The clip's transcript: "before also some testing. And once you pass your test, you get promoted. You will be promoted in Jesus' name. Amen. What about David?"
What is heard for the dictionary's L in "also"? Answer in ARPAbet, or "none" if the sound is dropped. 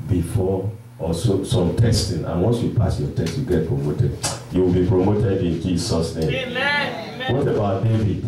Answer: none